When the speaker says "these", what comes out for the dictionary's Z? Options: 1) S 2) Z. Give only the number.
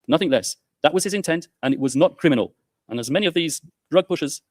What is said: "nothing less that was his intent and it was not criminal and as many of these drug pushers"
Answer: 2